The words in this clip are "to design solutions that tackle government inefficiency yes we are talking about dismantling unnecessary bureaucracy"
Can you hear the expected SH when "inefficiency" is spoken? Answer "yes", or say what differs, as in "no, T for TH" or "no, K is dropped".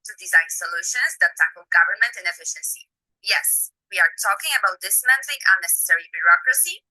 yes